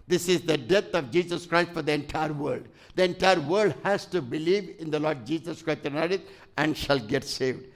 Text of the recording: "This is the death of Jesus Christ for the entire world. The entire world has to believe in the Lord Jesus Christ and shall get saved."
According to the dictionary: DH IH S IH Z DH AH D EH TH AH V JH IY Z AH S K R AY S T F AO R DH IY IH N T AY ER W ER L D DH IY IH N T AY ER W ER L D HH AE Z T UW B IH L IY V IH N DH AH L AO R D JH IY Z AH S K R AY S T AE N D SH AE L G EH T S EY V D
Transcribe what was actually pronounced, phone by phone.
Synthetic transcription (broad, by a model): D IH S IH Z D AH D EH T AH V JH IY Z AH S K R AY S T F AO R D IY IH N T AY ER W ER L D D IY IH N T AY ER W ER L D HH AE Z T UW B IH L IY V IH N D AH L AO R D JH IY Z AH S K R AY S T AE N D SH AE L G EH T S EY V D